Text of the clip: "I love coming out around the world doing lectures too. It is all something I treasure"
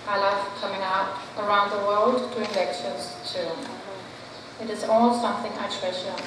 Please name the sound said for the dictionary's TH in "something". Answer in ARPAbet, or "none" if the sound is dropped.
TH